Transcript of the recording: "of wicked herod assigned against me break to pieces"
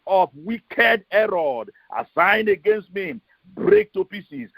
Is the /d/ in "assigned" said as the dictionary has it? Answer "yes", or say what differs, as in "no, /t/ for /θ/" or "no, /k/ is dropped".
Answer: yes